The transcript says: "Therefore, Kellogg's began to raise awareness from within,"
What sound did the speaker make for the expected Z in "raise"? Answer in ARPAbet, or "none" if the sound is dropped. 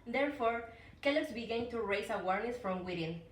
S